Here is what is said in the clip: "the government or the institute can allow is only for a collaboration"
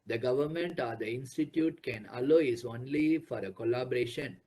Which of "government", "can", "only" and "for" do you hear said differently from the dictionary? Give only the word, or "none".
none